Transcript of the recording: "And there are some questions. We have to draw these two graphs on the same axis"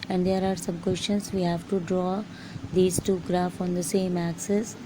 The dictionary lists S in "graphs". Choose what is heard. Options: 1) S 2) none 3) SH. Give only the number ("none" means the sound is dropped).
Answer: 2